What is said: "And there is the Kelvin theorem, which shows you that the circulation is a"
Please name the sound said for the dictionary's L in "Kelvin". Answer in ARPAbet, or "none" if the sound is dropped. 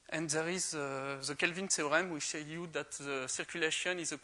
L